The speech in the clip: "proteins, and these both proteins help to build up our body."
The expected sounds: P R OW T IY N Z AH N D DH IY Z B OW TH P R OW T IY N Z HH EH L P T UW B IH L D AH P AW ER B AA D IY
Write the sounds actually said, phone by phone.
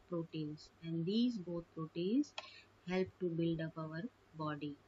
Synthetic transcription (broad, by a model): P R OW T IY N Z AH N D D IY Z B OW T P R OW T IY N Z HH EH L P T UW B IH L D AH P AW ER B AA D IY